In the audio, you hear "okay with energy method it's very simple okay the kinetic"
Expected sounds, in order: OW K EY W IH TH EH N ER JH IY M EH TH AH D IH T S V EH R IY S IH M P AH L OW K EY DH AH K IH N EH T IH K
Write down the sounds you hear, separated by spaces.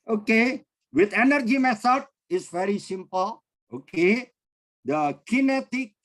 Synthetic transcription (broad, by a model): OW K EY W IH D EH N ER JH IY M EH S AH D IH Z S V EH R IY S IH M P AH L OW K EY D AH K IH N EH T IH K